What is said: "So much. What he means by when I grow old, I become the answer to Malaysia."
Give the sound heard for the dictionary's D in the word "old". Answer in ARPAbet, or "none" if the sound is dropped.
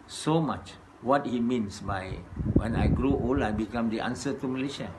none